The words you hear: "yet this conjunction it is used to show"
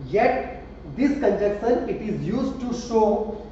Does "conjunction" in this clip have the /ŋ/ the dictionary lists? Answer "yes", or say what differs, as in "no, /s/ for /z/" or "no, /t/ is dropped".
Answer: no, /ŋ/ is dropped